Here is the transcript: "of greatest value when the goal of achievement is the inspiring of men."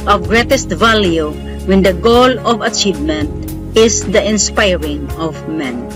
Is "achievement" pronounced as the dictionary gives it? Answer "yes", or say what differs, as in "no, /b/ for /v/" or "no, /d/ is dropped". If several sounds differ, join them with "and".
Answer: yes